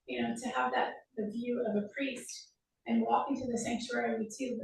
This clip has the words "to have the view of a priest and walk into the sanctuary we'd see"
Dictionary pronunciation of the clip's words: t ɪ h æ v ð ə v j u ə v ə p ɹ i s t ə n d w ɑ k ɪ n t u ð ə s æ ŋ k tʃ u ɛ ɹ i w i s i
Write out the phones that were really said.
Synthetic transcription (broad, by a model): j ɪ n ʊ v ð ə v j u ə v ə p ɹ i s t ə n w ɑ k ɪ n t u ð ə s æ ŋ k tʃ u ɛ ɹ i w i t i